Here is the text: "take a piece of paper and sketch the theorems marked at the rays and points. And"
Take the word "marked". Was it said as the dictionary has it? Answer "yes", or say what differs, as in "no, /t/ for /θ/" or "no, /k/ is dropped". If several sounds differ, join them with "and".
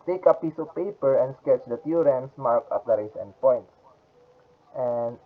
no, /t/ is dropped